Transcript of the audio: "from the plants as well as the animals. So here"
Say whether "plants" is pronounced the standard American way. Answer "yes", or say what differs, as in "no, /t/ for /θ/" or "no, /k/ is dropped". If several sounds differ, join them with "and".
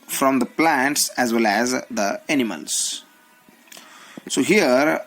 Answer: yes